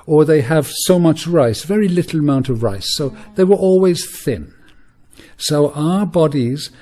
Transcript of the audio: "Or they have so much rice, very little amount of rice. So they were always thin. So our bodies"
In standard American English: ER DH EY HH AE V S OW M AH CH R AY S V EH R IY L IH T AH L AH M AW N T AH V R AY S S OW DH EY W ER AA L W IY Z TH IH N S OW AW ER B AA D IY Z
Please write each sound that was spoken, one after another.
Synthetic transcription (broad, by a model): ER DH EY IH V S OW M AH CH R AY S V EH R IY L IH T L AH M AW N T AH V R AY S S OW DH EY W ER AA L W IY Z TH IH N S OW AW ER B AA D IY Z